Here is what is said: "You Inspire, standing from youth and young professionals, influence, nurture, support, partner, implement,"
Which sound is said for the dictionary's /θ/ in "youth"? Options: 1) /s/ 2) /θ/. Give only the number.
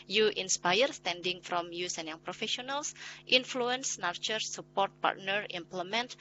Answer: 1